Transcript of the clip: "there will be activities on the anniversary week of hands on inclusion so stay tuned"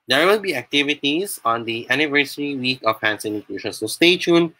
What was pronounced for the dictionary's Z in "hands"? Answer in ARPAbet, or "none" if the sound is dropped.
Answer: S